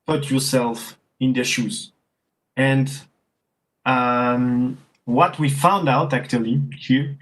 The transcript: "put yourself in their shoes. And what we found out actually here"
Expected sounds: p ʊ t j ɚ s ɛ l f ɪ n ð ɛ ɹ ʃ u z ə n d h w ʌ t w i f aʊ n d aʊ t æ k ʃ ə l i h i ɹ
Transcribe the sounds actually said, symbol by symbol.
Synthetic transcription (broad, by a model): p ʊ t j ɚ s ɛ l f ɪ n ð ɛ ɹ ʃ u z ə n d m w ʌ t w i f aʊ n d aʊ t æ k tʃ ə l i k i